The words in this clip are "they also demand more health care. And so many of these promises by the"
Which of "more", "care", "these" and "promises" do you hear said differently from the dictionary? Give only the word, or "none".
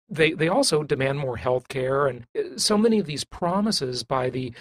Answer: none